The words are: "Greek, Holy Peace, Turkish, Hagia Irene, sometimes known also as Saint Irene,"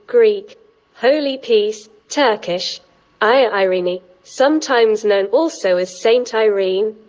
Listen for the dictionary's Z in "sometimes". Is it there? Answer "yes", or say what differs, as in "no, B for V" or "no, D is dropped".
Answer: yes